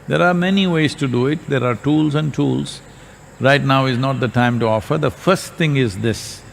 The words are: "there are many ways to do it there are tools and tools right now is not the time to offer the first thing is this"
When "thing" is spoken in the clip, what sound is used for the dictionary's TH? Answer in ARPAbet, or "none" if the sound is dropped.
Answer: T